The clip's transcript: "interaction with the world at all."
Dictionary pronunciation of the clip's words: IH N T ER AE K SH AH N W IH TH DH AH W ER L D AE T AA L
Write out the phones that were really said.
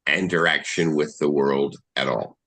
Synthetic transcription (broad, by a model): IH N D ER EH K SH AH N W IH DH AH W ER L D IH T AA L